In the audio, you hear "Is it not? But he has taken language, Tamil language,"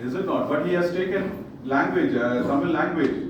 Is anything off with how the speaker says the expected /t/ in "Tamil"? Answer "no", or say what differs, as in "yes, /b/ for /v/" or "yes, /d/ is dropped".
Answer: yes, /s/ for /t/